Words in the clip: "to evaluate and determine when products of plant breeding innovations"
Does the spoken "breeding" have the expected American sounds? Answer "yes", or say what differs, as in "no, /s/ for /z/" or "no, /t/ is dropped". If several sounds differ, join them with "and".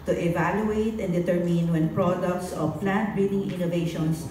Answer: no, /ɹ/ is dropped